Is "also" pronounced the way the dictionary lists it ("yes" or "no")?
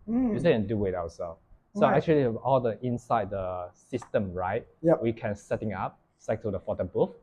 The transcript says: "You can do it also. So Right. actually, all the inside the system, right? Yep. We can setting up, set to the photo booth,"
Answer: no